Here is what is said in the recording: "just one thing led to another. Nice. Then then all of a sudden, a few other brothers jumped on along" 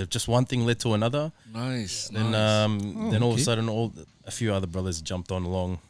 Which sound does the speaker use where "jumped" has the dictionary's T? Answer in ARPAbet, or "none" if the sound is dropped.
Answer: T